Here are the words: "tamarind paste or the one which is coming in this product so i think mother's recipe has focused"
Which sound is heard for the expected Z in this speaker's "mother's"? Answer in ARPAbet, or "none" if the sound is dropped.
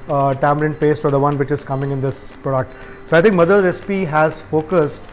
none